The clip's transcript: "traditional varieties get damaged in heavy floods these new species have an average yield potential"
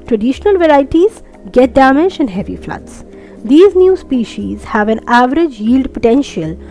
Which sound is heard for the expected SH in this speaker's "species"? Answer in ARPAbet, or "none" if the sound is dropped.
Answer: SH